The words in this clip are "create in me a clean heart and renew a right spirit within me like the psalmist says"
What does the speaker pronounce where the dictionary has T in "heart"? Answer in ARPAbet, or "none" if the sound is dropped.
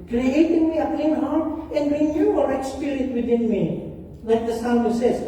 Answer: none